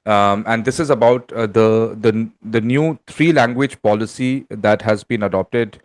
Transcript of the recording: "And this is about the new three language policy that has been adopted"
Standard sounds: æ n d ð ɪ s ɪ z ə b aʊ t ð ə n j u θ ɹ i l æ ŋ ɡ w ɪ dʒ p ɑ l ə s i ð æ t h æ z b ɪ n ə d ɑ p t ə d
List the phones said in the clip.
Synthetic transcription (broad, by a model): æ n d ɪ s ɪ z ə b aʊ t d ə n j u t ɹ i l æ ŋ ɡ w ɪ dʒ p ɑ l ə s i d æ t h æ z b ɪ n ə d ɑ p t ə d